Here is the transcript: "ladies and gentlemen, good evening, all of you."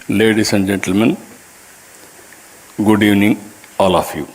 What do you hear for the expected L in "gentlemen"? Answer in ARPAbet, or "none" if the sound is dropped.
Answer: L